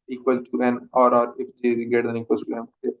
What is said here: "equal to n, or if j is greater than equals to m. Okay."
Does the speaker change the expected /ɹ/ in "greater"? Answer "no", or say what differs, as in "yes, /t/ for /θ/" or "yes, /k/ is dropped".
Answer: yes, /ɹ/ is dropped